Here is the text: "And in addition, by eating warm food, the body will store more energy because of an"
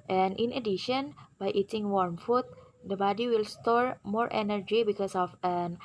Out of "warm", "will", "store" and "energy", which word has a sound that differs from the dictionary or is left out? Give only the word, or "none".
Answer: none